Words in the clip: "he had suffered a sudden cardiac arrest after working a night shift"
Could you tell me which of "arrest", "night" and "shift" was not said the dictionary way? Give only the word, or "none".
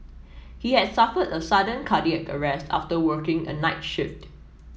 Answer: none